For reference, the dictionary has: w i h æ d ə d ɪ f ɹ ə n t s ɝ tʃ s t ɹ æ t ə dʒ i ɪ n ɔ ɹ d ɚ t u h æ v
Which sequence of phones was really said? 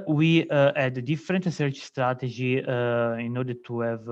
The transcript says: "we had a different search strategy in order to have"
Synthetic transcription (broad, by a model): w i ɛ d ə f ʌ ɹ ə n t s ɝ tʃ s t ɹ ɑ t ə dʒ i ɪ n ɔ ɹ d ɚ t u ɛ v